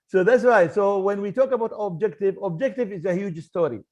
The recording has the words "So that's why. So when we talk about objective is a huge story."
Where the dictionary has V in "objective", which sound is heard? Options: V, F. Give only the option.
V